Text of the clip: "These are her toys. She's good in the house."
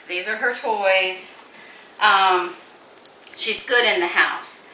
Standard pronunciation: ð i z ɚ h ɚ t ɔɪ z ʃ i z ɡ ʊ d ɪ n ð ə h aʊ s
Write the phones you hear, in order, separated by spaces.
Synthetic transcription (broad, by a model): ð i z ɚ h ɚ t ɔɪ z ʃ i z ɡ ʊ d ɪ n ð ə h aʊ s